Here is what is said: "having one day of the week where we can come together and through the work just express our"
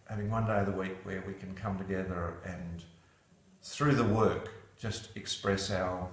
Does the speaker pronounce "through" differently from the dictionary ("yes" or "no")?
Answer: no